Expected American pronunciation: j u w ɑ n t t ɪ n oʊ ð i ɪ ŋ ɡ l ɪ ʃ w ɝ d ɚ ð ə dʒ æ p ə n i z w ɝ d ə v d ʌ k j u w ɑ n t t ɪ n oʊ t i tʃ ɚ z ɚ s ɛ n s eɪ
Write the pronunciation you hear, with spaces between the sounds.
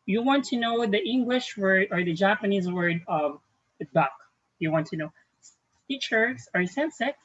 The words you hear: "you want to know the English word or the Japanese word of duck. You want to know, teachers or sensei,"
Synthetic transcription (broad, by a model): j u w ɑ n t t ɪ n oʊ ð i ɪ ŋ ɡ l ɪ ʃ w ɝ d ɚ ð ə dʒ æ p ə n i z w ɝ d ə v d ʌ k j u w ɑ n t t ɪ n oʊ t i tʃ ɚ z ɚ s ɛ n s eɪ